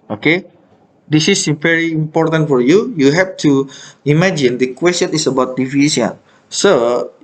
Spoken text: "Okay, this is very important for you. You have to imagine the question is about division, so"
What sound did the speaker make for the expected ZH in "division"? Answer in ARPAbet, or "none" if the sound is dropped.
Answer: S